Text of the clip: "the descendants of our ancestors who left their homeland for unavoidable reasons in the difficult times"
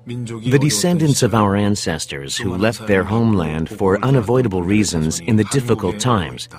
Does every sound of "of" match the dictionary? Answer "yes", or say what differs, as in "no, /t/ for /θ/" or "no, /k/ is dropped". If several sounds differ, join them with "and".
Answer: yes